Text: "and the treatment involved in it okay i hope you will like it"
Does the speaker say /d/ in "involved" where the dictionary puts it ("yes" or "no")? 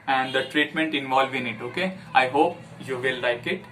no